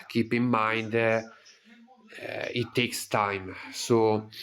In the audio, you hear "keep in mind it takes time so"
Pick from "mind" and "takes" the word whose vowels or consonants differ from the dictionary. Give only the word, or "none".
none